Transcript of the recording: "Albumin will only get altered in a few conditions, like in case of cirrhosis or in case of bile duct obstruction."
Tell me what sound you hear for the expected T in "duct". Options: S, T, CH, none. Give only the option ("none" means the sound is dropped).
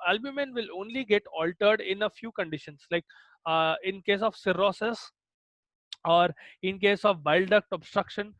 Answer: T